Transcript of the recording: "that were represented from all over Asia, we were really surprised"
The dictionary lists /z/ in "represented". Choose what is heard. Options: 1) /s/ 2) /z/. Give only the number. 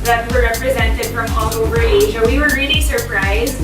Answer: 2